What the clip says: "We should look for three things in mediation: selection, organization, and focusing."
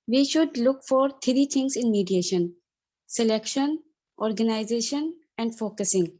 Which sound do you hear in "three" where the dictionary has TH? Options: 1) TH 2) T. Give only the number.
2